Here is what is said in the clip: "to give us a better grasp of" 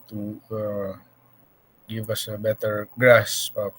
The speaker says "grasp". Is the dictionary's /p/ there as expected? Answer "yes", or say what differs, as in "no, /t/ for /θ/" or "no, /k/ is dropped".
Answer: no, /p/ is dropped